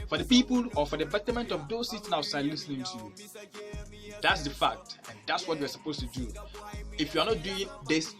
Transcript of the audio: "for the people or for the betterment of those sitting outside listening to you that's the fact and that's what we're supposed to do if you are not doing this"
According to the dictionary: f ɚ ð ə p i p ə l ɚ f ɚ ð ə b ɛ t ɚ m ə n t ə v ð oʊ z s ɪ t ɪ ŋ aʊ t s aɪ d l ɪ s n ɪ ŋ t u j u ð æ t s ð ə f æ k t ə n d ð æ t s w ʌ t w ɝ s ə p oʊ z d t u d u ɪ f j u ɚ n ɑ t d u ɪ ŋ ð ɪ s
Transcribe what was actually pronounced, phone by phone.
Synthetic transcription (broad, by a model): f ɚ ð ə p i p ə l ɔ f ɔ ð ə b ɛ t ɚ m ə n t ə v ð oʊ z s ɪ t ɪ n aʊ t s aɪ l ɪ s n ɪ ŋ t u j u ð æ t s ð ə f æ k t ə n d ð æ t s w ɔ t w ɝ s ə p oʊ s t u d u ɪ f j u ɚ n ɑ t d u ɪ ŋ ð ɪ s